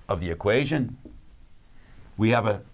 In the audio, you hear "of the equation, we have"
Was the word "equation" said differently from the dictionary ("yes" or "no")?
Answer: no